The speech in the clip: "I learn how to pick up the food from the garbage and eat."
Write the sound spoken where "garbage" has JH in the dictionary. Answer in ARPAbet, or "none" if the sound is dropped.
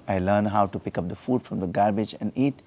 JH